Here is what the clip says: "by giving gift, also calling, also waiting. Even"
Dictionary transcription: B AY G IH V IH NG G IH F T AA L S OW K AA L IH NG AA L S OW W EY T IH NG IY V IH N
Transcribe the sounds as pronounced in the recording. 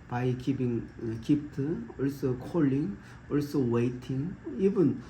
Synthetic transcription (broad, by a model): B AY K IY P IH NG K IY P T AA L S OW K AA L IH NG AA L S OW W EY T IH NG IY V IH N